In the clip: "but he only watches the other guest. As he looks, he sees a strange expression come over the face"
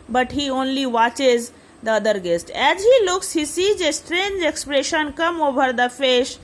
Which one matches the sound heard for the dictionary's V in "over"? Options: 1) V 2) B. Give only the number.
2